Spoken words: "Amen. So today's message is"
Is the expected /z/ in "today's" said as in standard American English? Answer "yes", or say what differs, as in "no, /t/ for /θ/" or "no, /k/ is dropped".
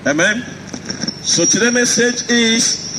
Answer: no, /z/ is dropped